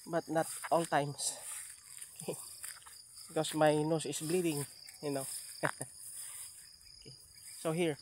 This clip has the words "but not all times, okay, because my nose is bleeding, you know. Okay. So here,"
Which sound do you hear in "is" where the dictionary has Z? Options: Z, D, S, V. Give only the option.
S